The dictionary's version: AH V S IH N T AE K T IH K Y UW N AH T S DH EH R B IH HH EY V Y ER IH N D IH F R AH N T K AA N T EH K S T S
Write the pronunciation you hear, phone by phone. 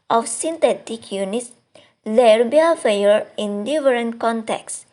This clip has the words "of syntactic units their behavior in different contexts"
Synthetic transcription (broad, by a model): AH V S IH N T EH T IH K Y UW N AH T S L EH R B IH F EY Y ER IH N D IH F R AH N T K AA N T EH K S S